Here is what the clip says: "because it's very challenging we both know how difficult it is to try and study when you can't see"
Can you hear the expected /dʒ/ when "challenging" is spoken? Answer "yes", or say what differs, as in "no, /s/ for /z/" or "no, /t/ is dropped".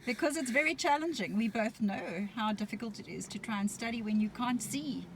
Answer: yes